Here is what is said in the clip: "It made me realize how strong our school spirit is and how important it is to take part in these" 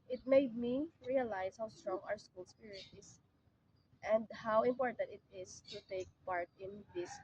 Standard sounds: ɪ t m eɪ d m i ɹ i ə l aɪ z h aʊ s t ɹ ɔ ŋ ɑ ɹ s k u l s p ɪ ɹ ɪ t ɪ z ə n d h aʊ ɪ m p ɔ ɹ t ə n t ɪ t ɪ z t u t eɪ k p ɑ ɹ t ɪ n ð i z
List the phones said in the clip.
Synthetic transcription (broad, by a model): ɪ t m eɪ d m i ɹ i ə l aɪ s h aʊ s t ɹ ɔ ŋ ɑ ɹ s k u l s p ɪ ɹ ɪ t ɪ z ə n d h aʊ ɪ m p ɔ ɹ t ə n t ɪ t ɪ s t u t eɪ k p ɑ ɹ t ɪ n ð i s